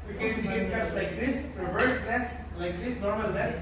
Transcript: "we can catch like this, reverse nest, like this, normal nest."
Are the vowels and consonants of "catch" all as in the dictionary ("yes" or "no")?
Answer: no